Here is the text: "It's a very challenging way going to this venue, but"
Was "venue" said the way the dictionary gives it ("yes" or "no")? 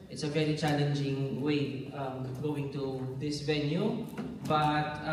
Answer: yes